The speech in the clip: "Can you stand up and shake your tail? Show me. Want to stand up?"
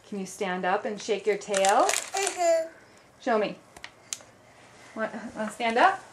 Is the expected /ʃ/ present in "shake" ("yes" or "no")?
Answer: yes